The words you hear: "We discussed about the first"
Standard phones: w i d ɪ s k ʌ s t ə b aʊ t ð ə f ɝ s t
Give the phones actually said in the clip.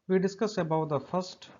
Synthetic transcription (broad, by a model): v i d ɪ s k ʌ s ə b aʊ t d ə f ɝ s t